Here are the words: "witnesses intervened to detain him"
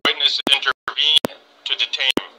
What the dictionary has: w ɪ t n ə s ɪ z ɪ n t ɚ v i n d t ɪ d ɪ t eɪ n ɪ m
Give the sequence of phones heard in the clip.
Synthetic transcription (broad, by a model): w ɪ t n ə s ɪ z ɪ n t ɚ v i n t ɪ d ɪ t eɪ ɪ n